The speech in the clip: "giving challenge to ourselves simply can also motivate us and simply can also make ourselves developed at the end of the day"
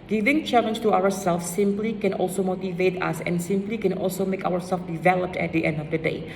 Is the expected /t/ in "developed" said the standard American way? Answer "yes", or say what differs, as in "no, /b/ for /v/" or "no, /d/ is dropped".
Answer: yes